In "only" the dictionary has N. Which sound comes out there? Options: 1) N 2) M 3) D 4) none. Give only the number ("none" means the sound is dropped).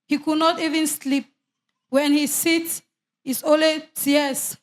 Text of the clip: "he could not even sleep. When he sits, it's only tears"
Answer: 4